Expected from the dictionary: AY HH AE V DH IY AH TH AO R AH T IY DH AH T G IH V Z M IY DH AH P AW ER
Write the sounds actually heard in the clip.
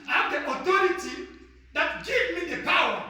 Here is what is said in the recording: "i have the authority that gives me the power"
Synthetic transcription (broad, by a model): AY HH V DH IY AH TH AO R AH T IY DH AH T G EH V M IY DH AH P AW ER